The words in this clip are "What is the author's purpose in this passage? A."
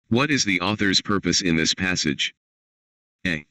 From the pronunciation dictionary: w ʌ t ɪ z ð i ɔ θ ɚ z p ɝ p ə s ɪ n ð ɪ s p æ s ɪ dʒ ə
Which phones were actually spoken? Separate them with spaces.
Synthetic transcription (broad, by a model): w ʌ t ɪ z ð i ɔ θ ɚ z p ɝ p ə s ɪ n ð ɪ s p æ s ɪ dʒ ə